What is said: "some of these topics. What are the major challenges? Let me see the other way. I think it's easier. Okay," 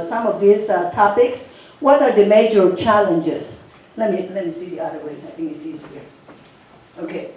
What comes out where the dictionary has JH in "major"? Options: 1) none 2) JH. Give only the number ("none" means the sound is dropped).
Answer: 2